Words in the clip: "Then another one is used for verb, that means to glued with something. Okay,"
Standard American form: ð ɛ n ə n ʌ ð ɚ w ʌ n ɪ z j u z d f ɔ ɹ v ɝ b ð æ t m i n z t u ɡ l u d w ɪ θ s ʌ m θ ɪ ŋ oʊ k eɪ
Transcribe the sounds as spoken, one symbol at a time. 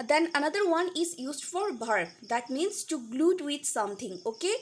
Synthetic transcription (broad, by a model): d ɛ n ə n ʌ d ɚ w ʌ n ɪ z j u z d f ɔ ɹ b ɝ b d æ t m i n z t u ɡ l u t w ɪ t s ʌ m t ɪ ŋ oʊ k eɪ